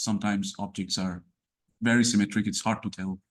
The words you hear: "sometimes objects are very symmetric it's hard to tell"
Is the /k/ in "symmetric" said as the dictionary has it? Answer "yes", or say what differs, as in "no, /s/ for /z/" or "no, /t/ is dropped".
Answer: yes